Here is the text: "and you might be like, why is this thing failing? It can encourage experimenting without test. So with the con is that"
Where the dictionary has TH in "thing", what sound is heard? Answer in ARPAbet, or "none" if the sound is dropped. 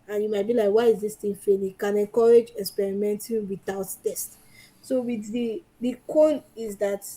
T